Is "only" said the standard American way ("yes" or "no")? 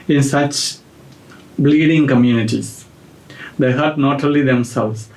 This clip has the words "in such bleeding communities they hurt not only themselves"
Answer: no